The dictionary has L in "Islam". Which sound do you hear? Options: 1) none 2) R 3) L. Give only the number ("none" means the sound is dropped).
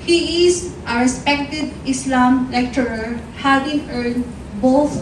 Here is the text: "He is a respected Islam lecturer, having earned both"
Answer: 3